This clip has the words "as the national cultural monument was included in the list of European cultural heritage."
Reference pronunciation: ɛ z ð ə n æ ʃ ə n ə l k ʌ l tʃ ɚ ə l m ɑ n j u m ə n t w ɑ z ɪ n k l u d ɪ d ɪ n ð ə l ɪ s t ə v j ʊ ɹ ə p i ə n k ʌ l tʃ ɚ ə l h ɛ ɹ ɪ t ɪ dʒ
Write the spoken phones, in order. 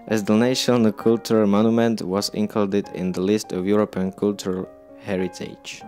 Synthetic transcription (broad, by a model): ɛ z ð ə n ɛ ə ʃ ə k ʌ l tʃ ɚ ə l m ɑ n j u m ə n t w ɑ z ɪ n k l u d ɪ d ɪ n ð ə l ɪ s t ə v j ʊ ɹ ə p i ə n k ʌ l tʃ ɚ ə l h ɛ ɹ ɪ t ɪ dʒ